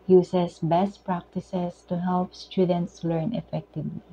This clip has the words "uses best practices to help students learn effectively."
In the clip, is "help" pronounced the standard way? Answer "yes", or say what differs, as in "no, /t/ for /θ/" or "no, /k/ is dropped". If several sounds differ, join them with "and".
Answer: yes